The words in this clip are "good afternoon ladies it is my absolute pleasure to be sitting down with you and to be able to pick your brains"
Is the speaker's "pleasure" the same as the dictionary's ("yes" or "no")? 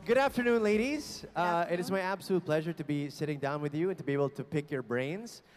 yes